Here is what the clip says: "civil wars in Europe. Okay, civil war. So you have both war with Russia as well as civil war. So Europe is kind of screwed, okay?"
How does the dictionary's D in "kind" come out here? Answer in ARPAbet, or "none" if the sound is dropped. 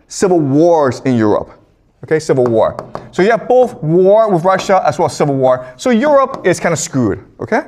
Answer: none